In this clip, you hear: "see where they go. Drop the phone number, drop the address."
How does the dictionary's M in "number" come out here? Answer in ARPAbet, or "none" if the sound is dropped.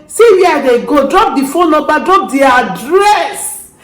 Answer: none